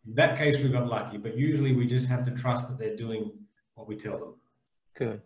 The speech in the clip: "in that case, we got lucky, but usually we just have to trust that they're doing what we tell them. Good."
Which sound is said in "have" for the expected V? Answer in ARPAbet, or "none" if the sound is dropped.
F